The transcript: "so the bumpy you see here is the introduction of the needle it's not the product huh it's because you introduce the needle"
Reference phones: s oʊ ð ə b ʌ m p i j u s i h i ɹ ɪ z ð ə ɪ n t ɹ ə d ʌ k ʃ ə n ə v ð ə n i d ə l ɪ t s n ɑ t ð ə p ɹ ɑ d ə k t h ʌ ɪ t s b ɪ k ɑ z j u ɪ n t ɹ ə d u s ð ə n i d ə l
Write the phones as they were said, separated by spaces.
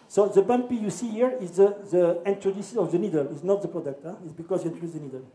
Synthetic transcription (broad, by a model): s oʊ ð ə b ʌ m p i j u s i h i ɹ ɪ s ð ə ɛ n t ɹ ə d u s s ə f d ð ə n i d ə l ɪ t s n ɑ t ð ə p ɹ ɑ d ə k t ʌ ɪ t s b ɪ k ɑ s j u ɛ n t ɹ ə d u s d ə n i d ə l